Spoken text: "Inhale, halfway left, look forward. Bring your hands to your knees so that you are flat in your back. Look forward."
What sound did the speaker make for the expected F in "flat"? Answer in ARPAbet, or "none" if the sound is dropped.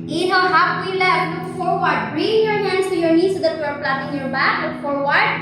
P